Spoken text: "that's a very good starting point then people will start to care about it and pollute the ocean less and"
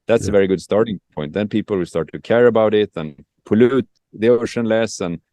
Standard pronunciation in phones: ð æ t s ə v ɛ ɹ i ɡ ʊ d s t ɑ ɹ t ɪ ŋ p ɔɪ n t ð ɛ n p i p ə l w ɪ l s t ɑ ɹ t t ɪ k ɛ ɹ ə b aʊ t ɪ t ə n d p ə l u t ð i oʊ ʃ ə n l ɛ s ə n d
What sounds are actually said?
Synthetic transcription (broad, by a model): ð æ t s ə v ɛ ɹ i ɡ ʊ d s t ɑ ɹ t ɪ ŋ p ɔɪ n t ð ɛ n p i p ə l w ɪ l s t ɑ ɹ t t ɪ k ɛ ɹ ə b aʊ t ɪ t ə n p ə l u t ð i oʊ ʃ ə n l ɛ s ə n